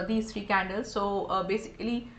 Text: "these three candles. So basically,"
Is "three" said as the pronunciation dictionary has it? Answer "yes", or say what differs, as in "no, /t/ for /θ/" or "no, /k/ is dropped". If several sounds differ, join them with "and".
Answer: no, /t/ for /θ/